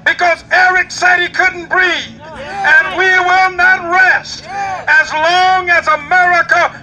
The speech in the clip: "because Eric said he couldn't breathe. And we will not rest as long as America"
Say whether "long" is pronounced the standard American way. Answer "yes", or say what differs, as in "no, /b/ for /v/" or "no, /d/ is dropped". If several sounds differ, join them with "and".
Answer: yes